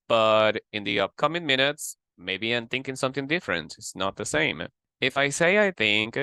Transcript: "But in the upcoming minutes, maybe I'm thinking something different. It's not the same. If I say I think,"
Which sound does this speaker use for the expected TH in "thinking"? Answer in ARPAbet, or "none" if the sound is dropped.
TH